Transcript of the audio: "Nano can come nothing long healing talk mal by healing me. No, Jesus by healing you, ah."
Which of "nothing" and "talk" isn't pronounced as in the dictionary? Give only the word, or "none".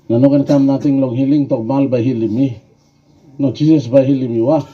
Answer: nothing